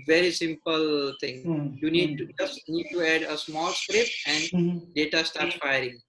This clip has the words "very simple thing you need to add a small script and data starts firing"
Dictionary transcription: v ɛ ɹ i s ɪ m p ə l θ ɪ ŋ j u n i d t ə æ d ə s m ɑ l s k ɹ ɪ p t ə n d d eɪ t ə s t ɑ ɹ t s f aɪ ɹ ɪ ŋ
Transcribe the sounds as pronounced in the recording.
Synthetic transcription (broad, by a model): v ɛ ɹ i s ɪ m p ə l t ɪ ŋ j u n i d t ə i d ə s m ɑ l s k ɹ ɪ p ə n d d eɪ t ə s t ɑ ɹ t s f aɪ ɹ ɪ ŋ